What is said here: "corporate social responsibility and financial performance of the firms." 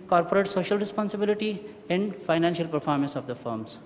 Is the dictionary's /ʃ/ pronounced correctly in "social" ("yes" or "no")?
yes